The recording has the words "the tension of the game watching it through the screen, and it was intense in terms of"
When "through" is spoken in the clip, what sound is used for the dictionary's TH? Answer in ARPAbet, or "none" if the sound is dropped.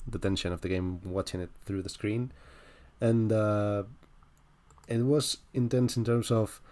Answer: TH